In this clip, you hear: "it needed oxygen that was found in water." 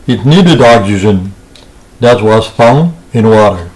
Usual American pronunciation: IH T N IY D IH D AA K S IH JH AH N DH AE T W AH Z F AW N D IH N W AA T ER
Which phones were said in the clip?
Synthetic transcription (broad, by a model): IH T N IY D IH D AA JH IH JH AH N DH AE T W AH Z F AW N IH N W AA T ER